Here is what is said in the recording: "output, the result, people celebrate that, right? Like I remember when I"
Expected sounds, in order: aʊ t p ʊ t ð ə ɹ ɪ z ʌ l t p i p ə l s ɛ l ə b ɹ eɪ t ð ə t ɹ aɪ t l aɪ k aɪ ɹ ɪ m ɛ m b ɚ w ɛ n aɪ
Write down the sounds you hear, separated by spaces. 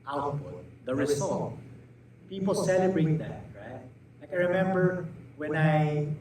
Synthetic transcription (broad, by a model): aʊ t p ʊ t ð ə ɹ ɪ s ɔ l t p i p ə l s ɛ l ə b ɹ eɪ t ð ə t ɹ aɪ t l aɪ k aɪ ɹ ɪ m ɛ m b ɚ w ɛ n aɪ